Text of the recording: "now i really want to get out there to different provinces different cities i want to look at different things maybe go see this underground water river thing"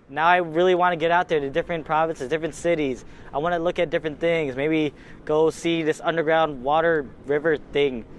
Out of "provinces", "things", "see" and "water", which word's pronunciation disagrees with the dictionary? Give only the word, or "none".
none